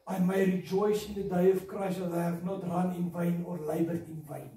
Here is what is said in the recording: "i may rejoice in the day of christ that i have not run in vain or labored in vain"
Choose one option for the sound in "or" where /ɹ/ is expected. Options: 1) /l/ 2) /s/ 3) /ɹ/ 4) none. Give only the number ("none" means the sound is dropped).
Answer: 3